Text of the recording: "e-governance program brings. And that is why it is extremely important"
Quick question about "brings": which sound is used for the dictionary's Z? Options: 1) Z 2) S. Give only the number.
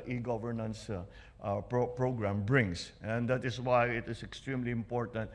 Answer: 2